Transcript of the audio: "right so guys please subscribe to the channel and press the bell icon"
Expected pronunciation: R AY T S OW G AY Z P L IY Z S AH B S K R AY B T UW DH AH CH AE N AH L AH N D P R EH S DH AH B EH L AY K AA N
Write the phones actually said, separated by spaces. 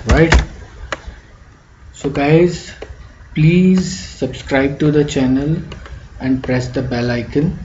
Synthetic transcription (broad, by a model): R AY T S OW G AY Z P L IY Z S AH B S K R AY B T UW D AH CH AE N AH L AH N D P R EH S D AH B EH L AY K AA N